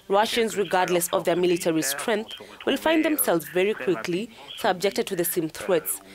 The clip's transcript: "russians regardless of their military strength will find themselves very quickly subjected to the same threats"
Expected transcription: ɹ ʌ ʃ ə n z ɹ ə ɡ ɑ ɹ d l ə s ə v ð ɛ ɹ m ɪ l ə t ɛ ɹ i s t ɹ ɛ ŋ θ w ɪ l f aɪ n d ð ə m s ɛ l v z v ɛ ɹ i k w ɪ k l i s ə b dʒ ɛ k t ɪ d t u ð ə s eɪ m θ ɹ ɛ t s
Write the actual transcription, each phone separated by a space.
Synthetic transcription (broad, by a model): ɹ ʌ ʃ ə n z ɹ ə ɡ ɑ ɹ d l ə s ə v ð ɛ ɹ m ɪ l ə t ɛ ɹ i s t ɹ ɛ ŋ θ w ɪ l f aɪ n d ð ə m s ɛ l v z v ɛ ɹ i k w ɪ k l i s ə b dʒ ɛ k t ɪ d t u ð ə s eɪ m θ ɹ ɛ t s